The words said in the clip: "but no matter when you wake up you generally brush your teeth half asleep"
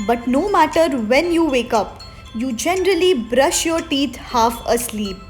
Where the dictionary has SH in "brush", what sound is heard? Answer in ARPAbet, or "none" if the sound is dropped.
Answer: SH